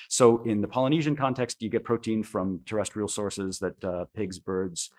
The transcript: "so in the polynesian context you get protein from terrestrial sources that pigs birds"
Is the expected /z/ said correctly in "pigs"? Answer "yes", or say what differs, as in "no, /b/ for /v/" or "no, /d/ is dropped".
yes